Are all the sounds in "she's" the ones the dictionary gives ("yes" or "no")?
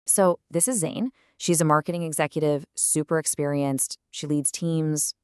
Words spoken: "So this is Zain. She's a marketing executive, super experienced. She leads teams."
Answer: yes